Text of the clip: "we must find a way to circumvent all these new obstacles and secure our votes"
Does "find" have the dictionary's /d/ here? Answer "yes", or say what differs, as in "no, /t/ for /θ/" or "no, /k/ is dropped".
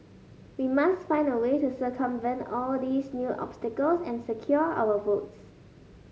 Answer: no, /d/ is dropped